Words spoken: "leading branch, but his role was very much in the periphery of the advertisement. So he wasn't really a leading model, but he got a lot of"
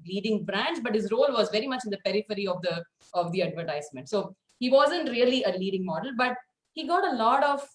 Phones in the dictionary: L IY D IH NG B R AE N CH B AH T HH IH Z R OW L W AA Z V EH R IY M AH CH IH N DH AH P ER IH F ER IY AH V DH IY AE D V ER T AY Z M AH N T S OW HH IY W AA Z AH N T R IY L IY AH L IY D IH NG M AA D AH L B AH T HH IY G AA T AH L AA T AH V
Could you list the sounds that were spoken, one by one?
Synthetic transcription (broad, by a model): L IY D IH NG B R AE N CH B AH T HH IH Z R OW L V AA Z V EH R IY M AH CH IH N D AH P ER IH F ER IY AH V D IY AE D V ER T AY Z M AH N T S OW HH IY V AA Z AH N T R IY L IY AH L IY D IH NG M AA D AH L B AH T HH IY G AA T AH L AA T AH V